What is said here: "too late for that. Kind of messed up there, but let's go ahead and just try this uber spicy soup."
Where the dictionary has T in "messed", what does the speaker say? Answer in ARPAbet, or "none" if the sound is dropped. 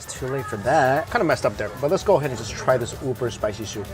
T